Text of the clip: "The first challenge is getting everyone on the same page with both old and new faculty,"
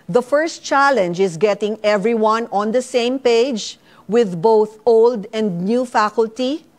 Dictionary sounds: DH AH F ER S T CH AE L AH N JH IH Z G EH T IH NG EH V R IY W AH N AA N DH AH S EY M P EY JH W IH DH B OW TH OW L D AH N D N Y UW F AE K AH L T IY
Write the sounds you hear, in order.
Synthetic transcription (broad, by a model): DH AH F ER S T CH AE L AH N JH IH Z G EH T IH NG EH V R IY W AH N AA N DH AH S EY M P EY JH W IH DH B OW TH OW L D AH N D N Y UW F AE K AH L T IY